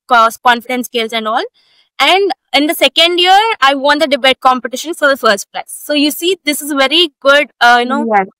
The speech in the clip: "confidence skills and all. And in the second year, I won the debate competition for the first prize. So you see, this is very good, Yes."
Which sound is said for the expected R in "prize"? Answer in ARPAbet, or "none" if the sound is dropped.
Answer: L